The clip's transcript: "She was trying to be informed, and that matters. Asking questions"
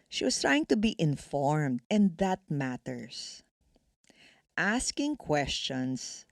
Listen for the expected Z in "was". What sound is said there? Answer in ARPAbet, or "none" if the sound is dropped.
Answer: S